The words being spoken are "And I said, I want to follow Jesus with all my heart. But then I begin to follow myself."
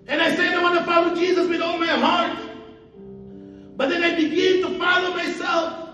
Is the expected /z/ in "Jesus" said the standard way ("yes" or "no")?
yes